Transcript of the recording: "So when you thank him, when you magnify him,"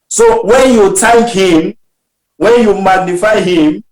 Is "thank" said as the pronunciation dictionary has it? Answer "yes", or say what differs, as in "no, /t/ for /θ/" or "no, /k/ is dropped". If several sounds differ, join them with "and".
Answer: no, /t/ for /θ/